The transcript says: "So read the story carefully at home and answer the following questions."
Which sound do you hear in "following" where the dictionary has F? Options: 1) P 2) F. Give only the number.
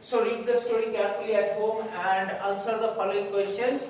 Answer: 1